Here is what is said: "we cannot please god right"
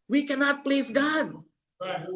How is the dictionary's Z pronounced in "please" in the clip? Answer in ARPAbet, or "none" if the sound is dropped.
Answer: Z